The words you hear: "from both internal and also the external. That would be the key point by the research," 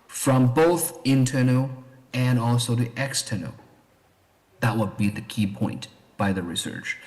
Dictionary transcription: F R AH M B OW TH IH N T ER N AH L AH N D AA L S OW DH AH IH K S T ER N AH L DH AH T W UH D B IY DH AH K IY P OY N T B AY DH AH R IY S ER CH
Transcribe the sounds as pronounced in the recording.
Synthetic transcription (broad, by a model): F R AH M B OW TH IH N T ER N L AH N AA L S OW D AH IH K S T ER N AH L DH AH T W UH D B IY DH AH K IY P OY N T B AY DH AH R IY S ER CH